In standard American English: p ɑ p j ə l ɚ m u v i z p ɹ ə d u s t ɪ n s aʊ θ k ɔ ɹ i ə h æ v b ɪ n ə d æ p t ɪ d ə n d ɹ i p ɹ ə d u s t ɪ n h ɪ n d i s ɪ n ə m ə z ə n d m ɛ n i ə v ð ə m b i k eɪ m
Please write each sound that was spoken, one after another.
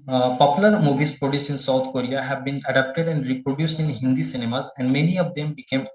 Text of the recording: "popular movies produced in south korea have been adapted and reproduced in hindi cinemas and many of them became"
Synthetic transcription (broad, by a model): p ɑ p j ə l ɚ m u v i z p ɹ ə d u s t ɪ n s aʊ t k ɔ ɹ i ə h æ v b ɪ n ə d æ p t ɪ d ə n d ɹ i p ɹ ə d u s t ɪ n h ɪ n d i s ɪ n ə m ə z ə n d m ɛ n i ə v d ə m b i k eɪ m